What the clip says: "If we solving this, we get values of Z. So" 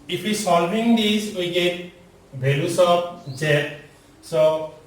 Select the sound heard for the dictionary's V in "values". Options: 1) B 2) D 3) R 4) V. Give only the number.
1